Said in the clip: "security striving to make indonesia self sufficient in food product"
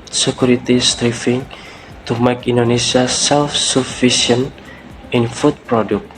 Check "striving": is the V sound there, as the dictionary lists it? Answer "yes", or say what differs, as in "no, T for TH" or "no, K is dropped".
no, F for V